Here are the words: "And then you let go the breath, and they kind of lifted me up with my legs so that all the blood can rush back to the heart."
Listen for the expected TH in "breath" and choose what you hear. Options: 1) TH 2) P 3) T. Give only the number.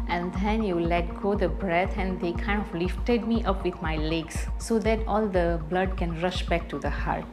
3